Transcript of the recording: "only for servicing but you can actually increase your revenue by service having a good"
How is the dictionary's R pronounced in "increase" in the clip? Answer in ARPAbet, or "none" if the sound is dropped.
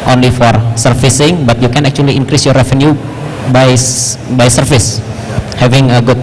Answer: R